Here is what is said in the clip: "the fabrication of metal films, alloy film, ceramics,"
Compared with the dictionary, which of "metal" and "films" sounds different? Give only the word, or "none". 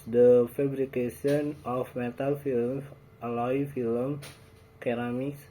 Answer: films